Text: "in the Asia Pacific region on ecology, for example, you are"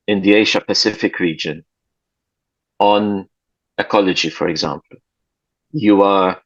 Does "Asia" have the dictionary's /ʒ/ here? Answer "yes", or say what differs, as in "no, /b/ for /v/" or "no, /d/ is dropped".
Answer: no, /ʃ/ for /ʒ/